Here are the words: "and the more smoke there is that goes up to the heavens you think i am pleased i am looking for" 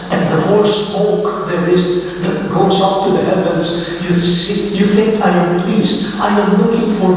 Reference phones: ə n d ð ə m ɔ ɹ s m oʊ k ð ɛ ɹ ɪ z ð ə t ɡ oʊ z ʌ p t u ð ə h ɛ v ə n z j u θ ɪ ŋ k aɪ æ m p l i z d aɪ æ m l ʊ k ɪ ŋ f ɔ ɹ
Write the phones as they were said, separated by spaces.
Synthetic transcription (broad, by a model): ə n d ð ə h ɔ l s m oʊ k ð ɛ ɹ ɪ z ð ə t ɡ oʊ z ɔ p t u ð ə h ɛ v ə n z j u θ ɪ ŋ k aɪ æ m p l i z aɪ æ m l ʊ k ɪ ŋ f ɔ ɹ